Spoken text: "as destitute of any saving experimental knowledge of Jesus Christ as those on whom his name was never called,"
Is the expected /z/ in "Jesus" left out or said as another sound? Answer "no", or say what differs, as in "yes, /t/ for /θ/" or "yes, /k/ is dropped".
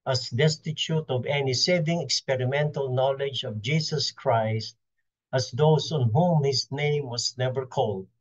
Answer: yes, /s/ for /z/